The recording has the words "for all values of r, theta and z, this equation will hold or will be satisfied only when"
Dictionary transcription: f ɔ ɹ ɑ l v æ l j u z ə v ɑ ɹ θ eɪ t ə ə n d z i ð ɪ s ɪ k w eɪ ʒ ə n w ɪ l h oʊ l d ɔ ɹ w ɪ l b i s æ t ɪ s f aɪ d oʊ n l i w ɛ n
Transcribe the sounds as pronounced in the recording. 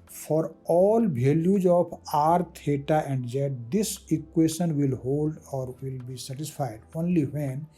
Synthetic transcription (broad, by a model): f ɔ ɹ ɑ l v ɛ l j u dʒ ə p ɑ ɹ t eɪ t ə ə n d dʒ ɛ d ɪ s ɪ k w eɪ ʃ ə n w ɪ l h oʊ l d ɔ ɹ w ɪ l b i s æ t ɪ s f aɪ d oʊ n l i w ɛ n